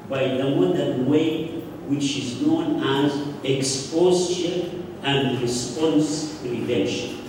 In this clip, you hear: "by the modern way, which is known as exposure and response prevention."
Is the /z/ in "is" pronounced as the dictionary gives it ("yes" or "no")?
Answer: yes